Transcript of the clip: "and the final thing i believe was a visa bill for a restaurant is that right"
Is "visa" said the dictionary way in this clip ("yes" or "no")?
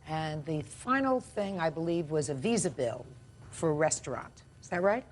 yes